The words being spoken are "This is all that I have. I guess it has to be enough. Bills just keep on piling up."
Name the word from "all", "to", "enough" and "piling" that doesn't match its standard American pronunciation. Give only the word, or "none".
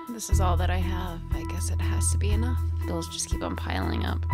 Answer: none